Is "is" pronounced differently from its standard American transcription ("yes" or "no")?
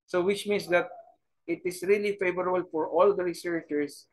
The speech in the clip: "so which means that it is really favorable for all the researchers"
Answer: yes